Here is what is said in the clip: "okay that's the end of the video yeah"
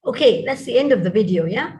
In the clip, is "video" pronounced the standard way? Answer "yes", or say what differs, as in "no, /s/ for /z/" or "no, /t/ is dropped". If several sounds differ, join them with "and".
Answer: yes